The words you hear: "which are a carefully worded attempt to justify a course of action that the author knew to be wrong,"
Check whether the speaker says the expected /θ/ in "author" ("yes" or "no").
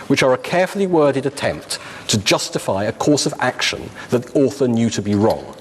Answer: yes